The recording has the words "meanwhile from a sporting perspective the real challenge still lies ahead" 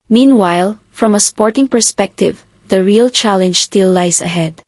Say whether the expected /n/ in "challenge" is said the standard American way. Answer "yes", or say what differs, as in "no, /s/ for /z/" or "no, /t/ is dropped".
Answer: yes